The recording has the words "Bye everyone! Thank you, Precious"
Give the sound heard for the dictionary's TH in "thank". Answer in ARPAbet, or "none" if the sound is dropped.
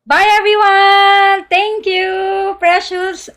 T